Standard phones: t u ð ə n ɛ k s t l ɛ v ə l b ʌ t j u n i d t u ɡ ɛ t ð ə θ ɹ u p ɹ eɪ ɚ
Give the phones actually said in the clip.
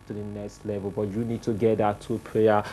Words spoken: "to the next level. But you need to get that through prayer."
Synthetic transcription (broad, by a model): t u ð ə n ɛ k s t l ɛ v ə l b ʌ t j u n i d t u ɡ ɛ t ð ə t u p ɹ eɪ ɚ